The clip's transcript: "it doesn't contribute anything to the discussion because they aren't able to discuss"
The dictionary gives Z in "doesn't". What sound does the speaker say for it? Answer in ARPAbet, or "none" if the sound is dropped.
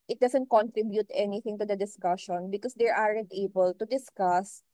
S